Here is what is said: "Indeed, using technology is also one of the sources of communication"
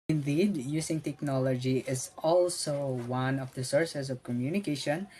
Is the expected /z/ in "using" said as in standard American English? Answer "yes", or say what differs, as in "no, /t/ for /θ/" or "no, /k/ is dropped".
no, /s/ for /z/